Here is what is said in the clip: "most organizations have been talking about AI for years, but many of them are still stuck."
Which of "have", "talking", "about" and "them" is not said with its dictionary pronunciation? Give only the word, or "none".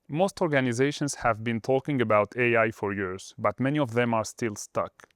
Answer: none